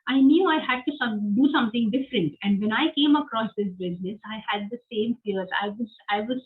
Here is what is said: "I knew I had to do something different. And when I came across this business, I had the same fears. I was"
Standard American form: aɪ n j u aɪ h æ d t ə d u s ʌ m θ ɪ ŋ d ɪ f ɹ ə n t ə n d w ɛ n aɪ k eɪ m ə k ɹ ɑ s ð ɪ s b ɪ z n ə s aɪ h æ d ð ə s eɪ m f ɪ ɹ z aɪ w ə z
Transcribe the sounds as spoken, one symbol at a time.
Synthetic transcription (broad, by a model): aɪ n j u aɪ h æ d t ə d u s ʌ m t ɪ ŋ d ɪ f ɹ ə n t ə n d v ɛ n aɪ k eɪ m ə k ɹ ɑ s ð ɪ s b ɪ z n ə s aɪ h æ d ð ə s eɪ m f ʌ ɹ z aɪ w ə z